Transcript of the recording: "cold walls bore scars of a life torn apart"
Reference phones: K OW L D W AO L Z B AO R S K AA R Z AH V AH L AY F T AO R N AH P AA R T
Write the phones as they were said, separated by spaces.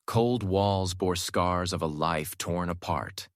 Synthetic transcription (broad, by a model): K OW L D W AO L Z B AO R S K AA R Z AH V AH L AY F T AO R N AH P AA R T